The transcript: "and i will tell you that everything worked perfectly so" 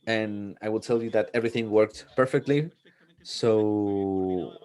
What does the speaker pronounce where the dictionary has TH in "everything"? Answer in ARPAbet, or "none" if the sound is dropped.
TH